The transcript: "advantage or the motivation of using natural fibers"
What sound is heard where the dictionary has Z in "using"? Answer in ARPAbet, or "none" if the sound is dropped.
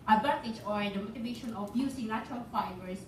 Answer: S